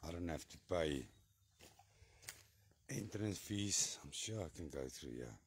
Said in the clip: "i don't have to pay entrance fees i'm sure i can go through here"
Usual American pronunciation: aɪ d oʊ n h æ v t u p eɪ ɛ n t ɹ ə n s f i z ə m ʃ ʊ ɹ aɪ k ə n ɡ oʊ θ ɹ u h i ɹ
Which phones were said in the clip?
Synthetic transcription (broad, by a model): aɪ d oʊ n h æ f t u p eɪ ɛ n t ɹ ə n s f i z ə m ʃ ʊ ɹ aɪ k ə n ɡ oʊ θ ɹ u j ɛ